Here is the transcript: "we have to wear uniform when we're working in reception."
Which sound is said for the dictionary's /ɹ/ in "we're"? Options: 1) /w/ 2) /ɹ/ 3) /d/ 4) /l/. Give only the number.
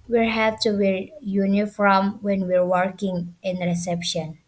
2